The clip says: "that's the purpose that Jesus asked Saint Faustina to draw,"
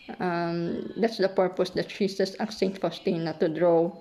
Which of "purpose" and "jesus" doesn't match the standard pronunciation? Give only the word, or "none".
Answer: jesus